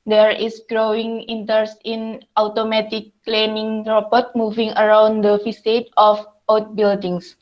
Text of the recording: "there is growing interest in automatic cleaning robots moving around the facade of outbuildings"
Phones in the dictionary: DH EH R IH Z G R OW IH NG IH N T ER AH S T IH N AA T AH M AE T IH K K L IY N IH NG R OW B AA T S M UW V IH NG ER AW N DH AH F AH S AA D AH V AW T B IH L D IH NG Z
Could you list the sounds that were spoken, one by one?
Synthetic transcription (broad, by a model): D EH R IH S G R OW IH NG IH N T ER S IH N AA T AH M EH T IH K K L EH N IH NG R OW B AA T M UW V IH NG ER AW N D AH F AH S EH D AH F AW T B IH L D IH NG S